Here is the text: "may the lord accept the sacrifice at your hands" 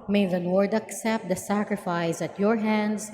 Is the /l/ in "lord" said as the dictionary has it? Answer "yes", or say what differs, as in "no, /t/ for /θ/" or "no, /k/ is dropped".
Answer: no, /n/ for /l/